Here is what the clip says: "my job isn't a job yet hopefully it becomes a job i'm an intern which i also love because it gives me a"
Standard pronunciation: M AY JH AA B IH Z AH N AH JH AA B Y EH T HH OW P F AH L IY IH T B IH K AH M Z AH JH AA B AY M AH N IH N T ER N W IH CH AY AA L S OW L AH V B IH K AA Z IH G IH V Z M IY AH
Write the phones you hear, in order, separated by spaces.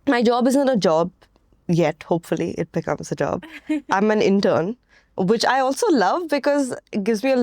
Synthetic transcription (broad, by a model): M AY JH AA B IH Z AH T AH JH AA B Y EH T HH OW P F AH L IY IH T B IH K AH M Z AH JH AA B AY M AH N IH N T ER N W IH CH AY AA L S OW L AH V B IH K AA Z G IH V Z M IY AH